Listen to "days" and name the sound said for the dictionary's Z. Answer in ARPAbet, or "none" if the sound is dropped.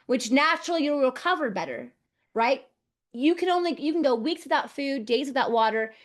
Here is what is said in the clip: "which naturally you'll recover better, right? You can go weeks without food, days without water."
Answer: Z